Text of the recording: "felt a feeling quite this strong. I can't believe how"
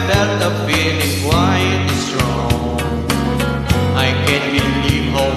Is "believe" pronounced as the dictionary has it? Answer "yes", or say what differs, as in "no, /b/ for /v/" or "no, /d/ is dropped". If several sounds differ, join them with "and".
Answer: no, /n/ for /l/